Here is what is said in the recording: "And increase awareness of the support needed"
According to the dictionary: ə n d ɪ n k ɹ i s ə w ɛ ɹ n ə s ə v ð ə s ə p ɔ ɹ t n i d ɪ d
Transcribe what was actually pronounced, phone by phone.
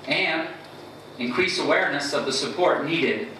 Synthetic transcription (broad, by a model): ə n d ɪ n k ɹ i s ə w ɛ ɹ n ə s ə v ð ə s ə p ɔ ɹ t n i d ɪ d